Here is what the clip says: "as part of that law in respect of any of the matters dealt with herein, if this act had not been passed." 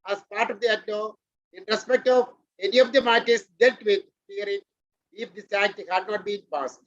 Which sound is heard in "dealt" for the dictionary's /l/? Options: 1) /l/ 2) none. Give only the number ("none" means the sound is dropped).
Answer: 2